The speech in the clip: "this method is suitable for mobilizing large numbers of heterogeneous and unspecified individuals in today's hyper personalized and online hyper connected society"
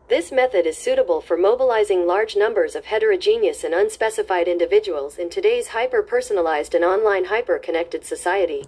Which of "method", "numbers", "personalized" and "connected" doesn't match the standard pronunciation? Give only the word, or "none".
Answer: none